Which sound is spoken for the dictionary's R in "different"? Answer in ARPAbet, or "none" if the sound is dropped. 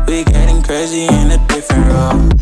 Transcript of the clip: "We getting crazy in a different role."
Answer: none